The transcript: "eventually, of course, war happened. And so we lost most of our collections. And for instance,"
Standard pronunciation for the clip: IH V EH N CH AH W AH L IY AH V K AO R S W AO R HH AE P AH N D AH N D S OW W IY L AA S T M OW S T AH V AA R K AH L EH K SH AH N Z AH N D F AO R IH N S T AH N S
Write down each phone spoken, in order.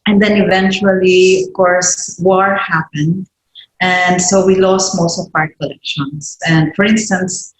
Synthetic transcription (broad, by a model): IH V EH N CH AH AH L IY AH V K AO R S W AO R HH AE P AH N D AH N D S OW W IY L AA S T M OW S T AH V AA R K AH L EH K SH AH N S AH N D F AO R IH N S T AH N S